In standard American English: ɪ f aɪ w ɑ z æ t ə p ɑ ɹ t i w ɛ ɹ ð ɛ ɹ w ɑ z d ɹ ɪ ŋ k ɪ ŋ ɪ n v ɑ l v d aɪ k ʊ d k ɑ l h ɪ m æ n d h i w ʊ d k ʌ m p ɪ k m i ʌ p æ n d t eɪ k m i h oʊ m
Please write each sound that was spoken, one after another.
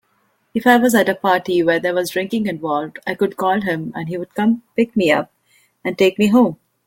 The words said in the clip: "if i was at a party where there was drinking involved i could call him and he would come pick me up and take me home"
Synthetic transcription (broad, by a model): ɪ f aɪ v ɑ z æ t ə p ɑ ɹ t i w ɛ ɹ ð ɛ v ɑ z d ɹ ɪ ŋ k ɪ ŋ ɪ n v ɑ l d aɪ k ʊ d k ɑ l h ɪ m æ n d h i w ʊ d k ʌ m p ɪ k m i ʌ p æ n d t eɪ k m i h oʊ m